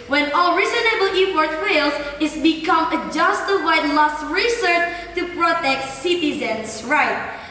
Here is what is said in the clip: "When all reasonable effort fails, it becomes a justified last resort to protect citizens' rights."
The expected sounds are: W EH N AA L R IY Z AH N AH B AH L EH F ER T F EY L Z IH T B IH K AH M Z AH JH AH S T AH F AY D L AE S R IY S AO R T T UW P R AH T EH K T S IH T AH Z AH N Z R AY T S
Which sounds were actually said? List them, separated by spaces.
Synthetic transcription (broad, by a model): W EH N AA L R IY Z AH N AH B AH L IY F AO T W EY L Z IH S B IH K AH M AH JH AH S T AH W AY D L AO S R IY S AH R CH T UW P R AH T EH K T S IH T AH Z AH N S R AY T